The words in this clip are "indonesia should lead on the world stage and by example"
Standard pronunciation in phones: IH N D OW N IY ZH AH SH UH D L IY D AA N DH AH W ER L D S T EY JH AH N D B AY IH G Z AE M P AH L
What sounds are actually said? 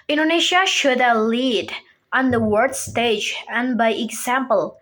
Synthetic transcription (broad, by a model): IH N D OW N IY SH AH SH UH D L IY D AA N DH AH W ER D S T EY JH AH N B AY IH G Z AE M P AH L